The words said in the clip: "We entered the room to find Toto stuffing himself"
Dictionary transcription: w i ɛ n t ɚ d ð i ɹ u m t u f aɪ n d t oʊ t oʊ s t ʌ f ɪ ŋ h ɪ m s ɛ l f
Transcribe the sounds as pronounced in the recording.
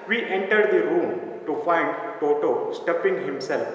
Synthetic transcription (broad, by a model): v i ɛ n t ɚ d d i ɹ u m t u f aɪ n d t oʊ t oʊ s t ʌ p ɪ ŋ h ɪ m s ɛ l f